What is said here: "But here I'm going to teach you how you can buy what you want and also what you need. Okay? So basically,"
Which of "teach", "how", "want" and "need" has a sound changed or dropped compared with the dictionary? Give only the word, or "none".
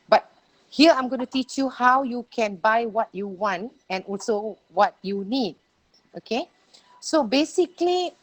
none